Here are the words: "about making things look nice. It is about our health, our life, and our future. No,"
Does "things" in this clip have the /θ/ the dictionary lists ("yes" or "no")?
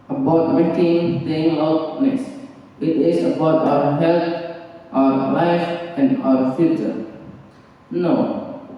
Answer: no